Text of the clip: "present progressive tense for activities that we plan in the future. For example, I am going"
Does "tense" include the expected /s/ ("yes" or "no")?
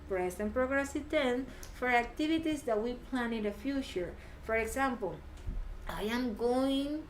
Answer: no